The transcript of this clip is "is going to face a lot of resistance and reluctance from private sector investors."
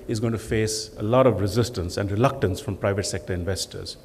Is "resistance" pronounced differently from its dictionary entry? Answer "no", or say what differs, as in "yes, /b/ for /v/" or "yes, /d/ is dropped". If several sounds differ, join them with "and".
no